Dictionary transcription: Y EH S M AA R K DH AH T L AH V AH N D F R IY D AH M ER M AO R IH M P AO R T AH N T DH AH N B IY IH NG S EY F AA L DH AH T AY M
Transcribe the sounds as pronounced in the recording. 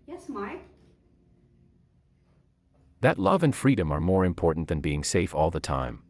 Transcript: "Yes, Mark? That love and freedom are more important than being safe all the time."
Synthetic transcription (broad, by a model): Y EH S M AA R K DH AH T L AH V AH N F R IY D AH M ER M AO R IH M P AO R T N DH AH N B IY IH NG S EY F AA L DH AH T AY M